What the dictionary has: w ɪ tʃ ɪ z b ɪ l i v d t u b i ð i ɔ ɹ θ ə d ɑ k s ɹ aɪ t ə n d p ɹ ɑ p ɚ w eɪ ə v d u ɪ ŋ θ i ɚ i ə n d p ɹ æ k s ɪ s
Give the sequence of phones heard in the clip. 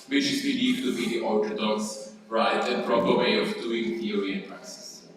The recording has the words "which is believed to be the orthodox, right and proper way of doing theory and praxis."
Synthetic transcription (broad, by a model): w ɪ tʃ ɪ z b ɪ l i d t u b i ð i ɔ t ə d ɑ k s ɹ aɪ t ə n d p ɹ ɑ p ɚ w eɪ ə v d u ɪ ŋ t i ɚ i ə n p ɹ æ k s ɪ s